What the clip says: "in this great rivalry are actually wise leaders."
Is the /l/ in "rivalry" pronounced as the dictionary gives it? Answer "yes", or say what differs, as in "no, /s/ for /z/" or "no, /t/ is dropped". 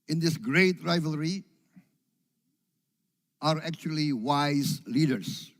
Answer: yes